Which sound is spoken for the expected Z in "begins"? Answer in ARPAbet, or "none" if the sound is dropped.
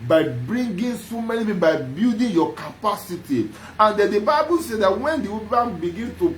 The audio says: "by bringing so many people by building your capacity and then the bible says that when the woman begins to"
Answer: none